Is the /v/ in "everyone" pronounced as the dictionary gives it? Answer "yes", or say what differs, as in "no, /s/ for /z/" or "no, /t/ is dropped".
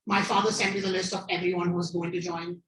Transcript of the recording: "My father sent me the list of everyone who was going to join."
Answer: yes